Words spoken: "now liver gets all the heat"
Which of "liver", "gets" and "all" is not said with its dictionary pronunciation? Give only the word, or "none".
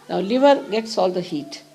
none